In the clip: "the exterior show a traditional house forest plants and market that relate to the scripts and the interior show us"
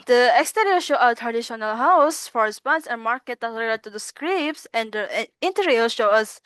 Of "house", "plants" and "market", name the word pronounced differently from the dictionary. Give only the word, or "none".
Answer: plants